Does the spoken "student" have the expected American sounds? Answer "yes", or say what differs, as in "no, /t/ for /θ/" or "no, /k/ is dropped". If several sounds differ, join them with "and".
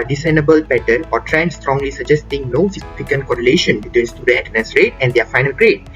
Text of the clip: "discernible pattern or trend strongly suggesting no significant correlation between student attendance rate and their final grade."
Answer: no, /n/ is dropped